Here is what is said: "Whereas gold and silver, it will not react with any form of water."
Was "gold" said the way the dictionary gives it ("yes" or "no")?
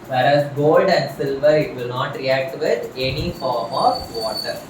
yes